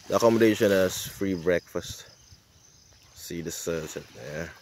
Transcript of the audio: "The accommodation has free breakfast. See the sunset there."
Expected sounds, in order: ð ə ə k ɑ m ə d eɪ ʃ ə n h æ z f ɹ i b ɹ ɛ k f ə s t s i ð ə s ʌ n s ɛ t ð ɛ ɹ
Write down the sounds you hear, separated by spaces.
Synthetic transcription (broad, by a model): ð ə ə k ɑ m ə d eɪ ʃ ə n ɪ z f ɹ i b ɹ ɛ k f ə s t s i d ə s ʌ s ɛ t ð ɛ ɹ